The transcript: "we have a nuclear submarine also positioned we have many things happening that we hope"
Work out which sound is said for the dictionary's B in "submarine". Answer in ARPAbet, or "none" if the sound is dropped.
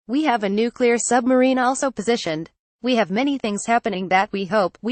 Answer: B